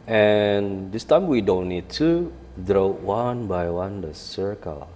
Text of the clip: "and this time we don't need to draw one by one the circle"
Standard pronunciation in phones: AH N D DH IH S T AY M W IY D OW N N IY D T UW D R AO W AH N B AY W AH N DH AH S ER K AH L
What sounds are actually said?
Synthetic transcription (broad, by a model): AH N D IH S T AY M W IY D OW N N IY D T UW D R AO W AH N B AY W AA N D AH S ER K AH L